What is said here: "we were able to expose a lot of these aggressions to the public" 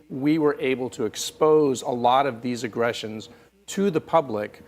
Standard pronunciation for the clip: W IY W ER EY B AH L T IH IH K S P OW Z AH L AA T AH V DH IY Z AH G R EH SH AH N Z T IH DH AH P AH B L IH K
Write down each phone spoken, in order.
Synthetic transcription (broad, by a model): W IY W ER EY B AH L T IH IH K S P OW Z AH L AA T AH V DH IY Z AH G R EH SH AH N Z T IH DH AH P AH B L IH K